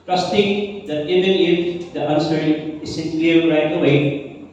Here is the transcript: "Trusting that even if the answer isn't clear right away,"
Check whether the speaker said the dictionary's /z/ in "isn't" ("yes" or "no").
no